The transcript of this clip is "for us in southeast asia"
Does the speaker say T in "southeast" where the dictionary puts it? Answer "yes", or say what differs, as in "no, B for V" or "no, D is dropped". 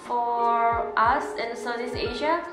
no, T is dropped